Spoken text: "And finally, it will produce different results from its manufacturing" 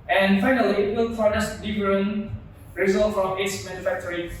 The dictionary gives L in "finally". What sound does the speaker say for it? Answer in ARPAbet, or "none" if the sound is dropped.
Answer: L